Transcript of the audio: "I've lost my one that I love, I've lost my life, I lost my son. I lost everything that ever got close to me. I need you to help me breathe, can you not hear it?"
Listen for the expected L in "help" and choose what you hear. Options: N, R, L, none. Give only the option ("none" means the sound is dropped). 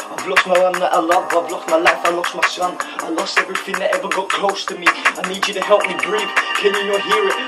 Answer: L